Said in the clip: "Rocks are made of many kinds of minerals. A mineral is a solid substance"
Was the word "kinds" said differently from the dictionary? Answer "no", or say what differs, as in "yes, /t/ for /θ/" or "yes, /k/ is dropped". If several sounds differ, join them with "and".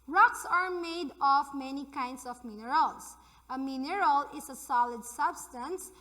yes, /s/ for /z/